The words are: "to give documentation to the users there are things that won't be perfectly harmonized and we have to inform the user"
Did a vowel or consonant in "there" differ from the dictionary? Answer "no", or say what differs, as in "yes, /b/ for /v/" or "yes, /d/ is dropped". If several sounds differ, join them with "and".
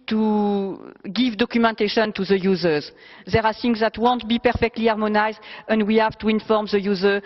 no